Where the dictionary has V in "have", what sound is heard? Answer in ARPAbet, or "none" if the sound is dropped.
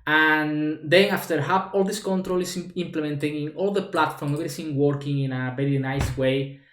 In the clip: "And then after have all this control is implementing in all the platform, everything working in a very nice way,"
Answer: P